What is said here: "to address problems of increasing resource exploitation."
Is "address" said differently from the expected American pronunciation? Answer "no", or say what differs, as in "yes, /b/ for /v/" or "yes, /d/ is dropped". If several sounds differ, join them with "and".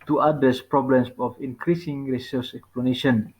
yes, /ɹ/ is dropped